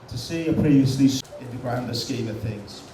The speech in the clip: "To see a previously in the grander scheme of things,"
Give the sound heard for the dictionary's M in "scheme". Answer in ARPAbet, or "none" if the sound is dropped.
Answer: none